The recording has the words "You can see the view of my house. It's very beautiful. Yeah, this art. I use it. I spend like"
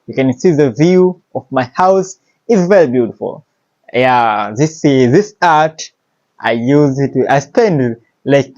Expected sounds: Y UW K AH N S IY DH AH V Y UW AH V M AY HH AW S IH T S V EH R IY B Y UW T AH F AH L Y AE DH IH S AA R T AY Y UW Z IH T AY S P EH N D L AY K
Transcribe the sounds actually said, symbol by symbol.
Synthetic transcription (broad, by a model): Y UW K AH N S IY DH AH V Y UW AH V M AY HH AW S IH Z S V EH R IY B Y UW T AH F AH L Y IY DH IH S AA R T AY Y UW Z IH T AY S P EH N D L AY K